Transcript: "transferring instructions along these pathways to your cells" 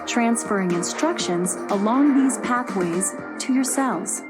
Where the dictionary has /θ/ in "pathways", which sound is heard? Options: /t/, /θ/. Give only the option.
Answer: /θ/